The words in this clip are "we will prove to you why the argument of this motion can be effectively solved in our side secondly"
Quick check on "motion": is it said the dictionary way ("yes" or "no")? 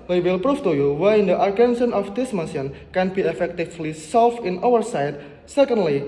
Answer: no